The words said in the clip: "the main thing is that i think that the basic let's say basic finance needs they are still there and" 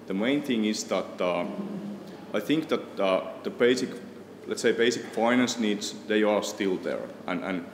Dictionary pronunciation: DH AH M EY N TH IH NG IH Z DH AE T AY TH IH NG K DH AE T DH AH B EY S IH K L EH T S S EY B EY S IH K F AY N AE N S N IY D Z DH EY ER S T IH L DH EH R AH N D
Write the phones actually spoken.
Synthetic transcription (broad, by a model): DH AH M EY N TH IH NG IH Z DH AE T AY TH IH NG K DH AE T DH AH B EY S IH K L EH T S S EY B EY S IH K F AY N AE N S N IY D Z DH EY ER S T IH L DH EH R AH N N